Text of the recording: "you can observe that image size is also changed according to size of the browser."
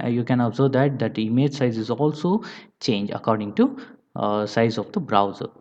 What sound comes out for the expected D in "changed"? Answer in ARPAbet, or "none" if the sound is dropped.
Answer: none